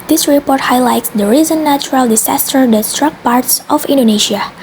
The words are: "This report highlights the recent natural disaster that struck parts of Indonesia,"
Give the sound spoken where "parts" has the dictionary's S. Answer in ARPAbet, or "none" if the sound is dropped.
S